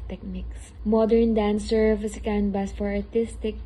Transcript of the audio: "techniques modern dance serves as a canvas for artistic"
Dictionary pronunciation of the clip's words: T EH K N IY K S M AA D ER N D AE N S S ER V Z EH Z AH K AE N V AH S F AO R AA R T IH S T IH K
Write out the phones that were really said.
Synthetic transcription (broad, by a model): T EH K N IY K S M AA D ER N D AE N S S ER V AH S AH K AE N B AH S F AO R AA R T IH S T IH K